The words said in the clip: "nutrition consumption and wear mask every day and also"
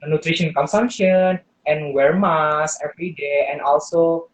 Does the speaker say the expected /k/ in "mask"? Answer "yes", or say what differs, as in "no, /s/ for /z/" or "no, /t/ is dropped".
no, /k/ is dropped